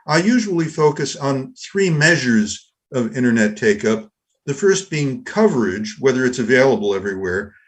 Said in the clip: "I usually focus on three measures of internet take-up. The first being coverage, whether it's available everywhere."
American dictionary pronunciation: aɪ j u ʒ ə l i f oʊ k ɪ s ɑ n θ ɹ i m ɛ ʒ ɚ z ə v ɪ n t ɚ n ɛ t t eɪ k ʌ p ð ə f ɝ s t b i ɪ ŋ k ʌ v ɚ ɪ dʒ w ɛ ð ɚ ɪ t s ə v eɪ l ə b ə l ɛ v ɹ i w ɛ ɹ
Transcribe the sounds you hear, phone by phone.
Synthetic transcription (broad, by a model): aɪ j u ʒ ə l i f oʊ k ɪ s n θ ɹ i m ɛ ʒ ɚ z ə v ɪ t ɚ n ɛ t t eɪ k ʌ p ð ə f ɝ s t b i ɪ ŋ k ʌ v ɚ ɪ dʒ w ɛ ð ɚ ɪ t s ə v eɪ l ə b l ɛ v ɹ i w ɛ ɹ